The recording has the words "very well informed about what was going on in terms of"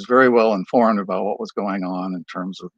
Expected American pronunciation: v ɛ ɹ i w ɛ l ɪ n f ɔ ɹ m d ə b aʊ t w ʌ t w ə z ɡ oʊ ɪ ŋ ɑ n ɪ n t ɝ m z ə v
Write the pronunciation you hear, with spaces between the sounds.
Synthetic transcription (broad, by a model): v ɛ ɹ i w ɛ l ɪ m f ɔ ɹ m d ə b aʊ t w ʌ t w ə z ɡ oʊ ɪ ŋ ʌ n ɪ n t ɝ m z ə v